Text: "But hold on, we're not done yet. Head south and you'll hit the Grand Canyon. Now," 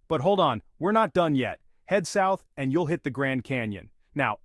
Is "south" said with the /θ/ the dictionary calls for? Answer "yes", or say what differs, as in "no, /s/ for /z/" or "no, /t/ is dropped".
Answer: yes